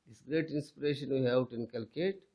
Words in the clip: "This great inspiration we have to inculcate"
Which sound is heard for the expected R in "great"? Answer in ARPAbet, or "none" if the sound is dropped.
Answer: R